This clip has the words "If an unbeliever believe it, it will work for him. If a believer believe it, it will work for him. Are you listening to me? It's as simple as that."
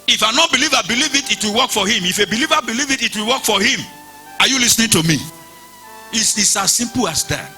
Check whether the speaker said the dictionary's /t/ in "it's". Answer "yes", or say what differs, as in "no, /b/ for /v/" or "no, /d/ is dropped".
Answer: no, /s/ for /t/